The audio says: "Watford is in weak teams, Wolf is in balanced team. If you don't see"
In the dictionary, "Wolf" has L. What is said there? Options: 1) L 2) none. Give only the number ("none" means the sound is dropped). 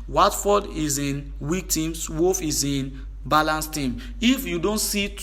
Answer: 2